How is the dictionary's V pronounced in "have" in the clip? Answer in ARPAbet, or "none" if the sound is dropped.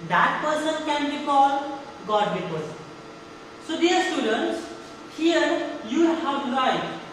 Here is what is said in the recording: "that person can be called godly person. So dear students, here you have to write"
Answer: W